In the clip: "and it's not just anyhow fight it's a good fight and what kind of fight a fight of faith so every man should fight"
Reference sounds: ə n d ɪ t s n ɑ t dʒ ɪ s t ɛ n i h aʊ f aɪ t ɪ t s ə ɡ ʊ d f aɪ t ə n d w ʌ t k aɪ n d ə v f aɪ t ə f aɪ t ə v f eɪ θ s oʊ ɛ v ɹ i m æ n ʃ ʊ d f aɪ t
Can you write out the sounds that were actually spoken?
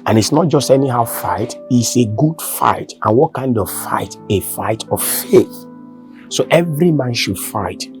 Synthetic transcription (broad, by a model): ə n ɪ t s n ɑ t dʒ ɪ s t ɛ n i h aʊ f aɪ t ɪ t s ə ɡ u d f aɪ t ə n w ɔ t k aɪ n d ə v f aɪ t ə f aɪ t ə v f eɪ θ s oʊ ɛ v ɹ i m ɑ n ʃ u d f aɪ t